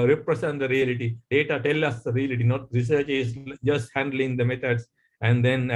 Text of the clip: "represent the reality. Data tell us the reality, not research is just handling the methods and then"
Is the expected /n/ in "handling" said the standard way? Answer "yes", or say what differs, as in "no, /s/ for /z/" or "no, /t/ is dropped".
yes